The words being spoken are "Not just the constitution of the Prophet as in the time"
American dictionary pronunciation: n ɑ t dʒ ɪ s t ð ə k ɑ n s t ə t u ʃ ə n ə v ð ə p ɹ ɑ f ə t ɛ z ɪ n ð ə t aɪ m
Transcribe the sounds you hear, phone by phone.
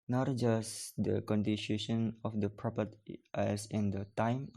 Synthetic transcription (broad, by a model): n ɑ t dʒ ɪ s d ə k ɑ n t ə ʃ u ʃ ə n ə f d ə p ɹ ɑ p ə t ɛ s ɪ n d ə t aɪ m